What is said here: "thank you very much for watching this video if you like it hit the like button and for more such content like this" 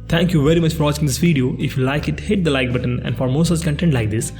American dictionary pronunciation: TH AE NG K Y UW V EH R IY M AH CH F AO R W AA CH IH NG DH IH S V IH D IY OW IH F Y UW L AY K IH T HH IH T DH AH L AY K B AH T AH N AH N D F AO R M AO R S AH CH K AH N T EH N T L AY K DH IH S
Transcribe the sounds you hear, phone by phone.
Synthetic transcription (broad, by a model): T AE NG K Y UW V EH R IY M AH CH F AO R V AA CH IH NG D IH S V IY D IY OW IH F Y UW L AY K IH T HH IH T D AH L AY K B AH T AH N AH N D F AO R M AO S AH S K AH N T EH N T L AY K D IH S